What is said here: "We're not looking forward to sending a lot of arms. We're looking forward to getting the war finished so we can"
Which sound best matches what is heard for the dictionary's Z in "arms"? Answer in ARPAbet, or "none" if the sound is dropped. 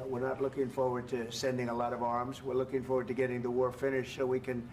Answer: Z